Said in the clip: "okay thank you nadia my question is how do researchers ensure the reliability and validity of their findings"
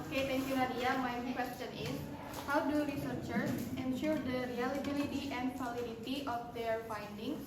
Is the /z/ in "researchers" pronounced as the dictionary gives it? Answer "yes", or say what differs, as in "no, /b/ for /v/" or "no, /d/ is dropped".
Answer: no, /s/ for /z/